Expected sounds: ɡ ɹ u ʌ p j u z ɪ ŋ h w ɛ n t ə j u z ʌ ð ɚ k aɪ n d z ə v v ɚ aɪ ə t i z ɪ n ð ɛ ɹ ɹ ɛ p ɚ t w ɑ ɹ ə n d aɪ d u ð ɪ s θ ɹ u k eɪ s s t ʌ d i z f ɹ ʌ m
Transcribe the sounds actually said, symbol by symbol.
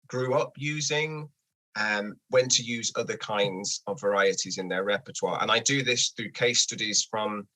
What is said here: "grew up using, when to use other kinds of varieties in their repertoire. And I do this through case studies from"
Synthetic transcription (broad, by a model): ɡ ɹ u ʌ p j u z ɪ ŋ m w ɛ n t ə j u z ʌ ð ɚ k aɪ n d z ə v v ɚ aɪ ə t i z ɪ n ð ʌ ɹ ɹ ɛ p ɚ t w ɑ ɹ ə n aɪ d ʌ ð ɪ s θ ɹ u k eɪ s s t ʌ d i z f ɹ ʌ m